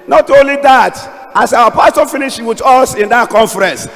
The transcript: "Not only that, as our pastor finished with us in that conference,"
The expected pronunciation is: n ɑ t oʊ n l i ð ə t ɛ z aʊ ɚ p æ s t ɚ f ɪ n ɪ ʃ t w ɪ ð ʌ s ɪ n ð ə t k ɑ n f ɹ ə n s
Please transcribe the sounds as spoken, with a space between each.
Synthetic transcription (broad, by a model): n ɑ t oʊ n l i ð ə t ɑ s aʊ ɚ p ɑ s t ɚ f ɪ n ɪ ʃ w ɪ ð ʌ s ɪ n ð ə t k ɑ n f ɹ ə n s